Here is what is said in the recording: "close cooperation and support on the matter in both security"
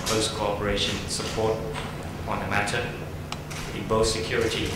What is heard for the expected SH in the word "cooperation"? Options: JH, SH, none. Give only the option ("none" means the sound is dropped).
none